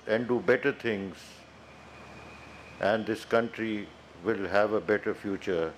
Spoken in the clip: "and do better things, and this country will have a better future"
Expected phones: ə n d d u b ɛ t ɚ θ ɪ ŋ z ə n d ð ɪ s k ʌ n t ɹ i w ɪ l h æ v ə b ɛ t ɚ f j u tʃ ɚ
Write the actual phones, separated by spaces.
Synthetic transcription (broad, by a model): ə n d d u b ɛ t ɚ t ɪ ŋ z ə n d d ɪ s k ʌ n t ɹ i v ɪ l h æ v ə b ɛ t ɚ f j u tʃ ɚ